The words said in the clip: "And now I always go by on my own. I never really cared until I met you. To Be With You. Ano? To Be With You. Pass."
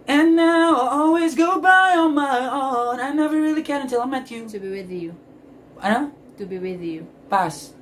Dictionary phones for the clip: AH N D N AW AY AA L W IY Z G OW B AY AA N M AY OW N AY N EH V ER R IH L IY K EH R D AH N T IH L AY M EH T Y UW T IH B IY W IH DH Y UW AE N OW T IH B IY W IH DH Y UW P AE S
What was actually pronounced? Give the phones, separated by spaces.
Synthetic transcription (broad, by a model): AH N N AW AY AA L W IY Z G OW B AY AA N M AY OW N AY N EH V ER R IH L IY K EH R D AH N T IH L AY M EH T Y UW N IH B IY W IH DH Y UW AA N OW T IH B IY W IH DH Y UW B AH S